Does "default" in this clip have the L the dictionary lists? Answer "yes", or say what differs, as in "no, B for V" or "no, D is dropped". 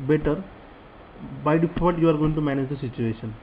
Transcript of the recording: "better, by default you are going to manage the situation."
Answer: no, L is dropped